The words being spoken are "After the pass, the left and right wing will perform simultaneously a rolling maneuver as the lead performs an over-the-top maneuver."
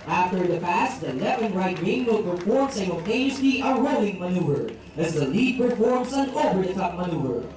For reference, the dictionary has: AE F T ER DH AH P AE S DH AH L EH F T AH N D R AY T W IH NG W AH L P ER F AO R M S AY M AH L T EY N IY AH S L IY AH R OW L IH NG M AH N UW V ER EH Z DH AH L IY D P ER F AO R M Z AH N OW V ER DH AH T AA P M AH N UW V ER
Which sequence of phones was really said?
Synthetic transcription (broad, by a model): AE F T ER DH AH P AE S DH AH L EH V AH N R AY T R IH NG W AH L P ER F AO R M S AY AH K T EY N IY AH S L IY AH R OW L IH NG M AH N UW V ER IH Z DH AH L IY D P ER F AO R M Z AH N OW V ER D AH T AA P M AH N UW V ER